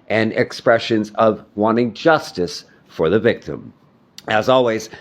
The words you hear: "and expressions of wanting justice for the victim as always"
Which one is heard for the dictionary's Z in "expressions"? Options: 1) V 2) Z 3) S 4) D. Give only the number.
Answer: 2